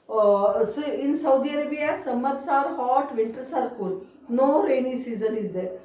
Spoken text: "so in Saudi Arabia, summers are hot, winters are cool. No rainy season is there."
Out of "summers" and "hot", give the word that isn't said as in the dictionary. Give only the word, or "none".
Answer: summers